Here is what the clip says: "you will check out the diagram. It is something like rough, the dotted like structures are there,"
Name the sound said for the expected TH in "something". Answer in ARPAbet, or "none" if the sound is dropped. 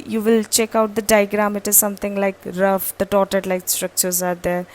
T